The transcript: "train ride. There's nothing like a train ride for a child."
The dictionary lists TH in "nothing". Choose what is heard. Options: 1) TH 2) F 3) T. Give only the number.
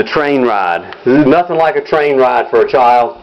1